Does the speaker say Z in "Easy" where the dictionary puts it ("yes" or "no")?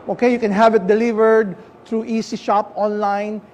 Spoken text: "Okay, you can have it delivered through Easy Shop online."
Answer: no